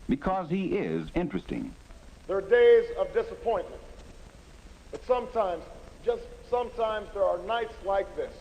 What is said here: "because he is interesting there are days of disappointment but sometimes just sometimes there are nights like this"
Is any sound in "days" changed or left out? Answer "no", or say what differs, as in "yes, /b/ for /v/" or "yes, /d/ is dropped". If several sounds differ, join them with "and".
no